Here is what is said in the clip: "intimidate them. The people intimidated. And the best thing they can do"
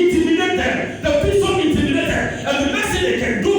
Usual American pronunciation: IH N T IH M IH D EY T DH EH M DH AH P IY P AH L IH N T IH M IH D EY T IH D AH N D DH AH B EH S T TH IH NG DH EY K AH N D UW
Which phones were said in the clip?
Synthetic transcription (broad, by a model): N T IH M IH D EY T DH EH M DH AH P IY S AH N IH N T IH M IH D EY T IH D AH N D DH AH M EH S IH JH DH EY K AH N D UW